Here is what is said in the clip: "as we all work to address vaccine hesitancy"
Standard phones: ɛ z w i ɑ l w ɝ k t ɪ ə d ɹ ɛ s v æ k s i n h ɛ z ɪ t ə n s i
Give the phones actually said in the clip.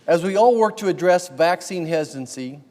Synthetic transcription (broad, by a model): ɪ z w i ɑ l w ɝ k t ɪ ə d ɹ ɛ s v æ k s i n h ɛ z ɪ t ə n s i